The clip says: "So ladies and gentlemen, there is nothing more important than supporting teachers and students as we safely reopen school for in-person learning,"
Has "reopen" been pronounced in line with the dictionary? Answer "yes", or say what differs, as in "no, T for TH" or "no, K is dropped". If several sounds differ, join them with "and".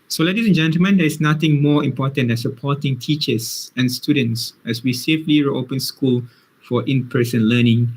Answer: yes